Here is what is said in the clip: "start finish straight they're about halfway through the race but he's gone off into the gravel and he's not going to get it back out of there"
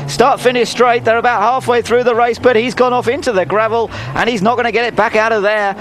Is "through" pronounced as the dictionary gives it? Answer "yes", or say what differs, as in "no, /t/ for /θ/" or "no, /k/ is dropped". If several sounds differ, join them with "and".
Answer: yes